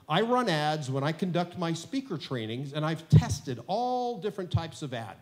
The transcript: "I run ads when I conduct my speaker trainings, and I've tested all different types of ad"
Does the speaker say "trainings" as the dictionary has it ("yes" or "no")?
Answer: yes